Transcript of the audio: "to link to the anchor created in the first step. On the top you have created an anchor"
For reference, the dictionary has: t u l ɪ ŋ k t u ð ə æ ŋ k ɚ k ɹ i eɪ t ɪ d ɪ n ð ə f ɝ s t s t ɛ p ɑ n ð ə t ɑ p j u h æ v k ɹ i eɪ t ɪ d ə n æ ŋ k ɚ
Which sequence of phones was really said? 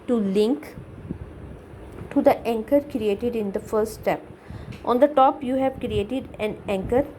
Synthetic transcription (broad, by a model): t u l ɪ ŋ k t u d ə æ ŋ k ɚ k ɹ i eɪ t ɪ d ɪ n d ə f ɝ t s t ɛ p ɑ n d ə t ɑ p j u h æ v k ɹ i eɪ t ɪ d ə n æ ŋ k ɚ